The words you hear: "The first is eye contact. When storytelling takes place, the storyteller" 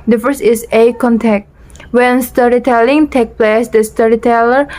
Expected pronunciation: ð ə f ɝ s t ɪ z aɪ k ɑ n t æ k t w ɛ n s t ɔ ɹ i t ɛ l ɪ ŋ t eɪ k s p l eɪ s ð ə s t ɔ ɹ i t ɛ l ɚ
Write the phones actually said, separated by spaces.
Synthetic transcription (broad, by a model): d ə f ɝ s t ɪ s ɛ k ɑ n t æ k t w ɛ n s t ɔ ɹ i t ɛ l ɪ ŋ t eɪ k p l eɪ s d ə s t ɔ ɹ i t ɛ l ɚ